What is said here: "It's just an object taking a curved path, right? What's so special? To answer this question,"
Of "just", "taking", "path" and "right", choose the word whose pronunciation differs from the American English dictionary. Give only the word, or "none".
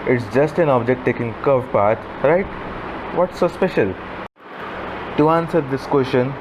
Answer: path